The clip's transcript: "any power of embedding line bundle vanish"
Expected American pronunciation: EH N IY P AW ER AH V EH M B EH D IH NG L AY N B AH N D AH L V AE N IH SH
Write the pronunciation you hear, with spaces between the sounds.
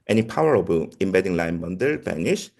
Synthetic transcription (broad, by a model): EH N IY P AW ER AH B EH M B EH D IH NG L AY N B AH N D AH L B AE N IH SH